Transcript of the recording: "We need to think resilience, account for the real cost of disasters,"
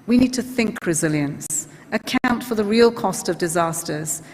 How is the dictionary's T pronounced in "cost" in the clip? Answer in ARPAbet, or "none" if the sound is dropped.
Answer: T